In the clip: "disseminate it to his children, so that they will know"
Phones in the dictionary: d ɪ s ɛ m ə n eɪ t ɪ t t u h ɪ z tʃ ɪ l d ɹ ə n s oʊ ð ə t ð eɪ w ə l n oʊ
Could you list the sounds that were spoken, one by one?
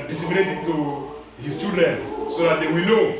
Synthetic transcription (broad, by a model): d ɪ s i m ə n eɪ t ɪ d t u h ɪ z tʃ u d ə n s oʊ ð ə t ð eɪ w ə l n oʊ